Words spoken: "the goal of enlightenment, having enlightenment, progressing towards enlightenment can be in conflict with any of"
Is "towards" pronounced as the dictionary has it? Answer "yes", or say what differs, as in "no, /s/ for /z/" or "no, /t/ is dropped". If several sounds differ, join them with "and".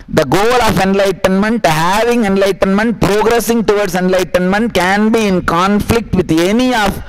no, /s/ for /z/